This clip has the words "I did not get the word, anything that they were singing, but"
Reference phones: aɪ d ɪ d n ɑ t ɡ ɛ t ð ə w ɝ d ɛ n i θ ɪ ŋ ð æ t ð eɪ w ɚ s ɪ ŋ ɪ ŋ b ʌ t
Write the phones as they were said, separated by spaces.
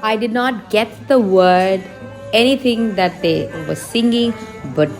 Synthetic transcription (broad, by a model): aɪ d ɪ d n ɑ t ɡ ɛ t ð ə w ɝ d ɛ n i t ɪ ŋ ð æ t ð eɪ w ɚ s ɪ ŋ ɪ ŋ b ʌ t